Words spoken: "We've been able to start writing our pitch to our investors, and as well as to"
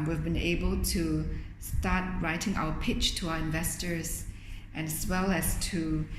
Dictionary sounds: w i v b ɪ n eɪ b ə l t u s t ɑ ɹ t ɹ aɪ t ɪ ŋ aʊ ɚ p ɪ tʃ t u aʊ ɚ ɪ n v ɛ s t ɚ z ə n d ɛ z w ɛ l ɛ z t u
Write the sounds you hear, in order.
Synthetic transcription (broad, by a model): w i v b ɪ n eɪ b ə l t u s t ɑ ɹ t ɹ aɪ t ɪ ŋ aʊ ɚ p ɪ tʃ t u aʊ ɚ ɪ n v ɛ s t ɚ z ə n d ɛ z w ɛ l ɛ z t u